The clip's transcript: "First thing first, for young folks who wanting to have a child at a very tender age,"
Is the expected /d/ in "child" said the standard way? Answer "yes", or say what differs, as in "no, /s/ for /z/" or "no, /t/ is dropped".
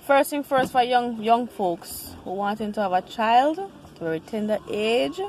yes